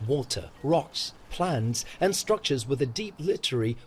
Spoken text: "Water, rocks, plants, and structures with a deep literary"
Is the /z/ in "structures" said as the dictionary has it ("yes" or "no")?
yes